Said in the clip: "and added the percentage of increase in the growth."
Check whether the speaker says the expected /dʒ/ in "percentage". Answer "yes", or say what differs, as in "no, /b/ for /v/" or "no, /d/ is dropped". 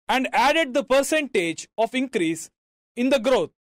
yes